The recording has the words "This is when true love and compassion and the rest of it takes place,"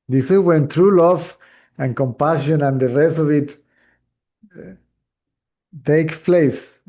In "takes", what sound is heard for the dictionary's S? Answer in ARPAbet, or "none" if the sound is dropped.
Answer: none